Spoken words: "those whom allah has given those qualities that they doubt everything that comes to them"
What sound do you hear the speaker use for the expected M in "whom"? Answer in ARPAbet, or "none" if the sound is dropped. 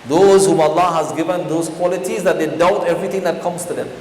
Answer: M